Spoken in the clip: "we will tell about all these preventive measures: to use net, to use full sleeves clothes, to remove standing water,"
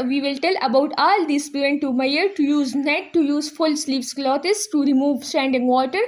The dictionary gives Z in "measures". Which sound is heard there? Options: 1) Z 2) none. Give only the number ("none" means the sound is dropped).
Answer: 2